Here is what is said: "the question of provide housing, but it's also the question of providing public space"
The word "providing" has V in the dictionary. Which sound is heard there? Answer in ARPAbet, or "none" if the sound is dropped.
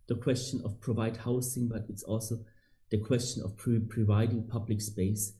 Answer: V